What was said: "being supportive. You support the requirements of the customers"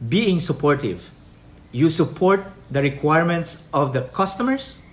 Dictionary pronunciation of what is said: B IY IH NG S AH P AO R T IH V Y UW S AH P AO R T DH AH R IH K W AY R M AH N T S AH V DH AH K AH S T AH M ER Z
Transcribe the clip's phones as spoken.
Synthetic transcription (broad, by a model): B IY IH NG S AH P AO R T IH V Y UW S AH P AO R T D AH R IH K W AY R M AH N T S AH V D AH K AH S T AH M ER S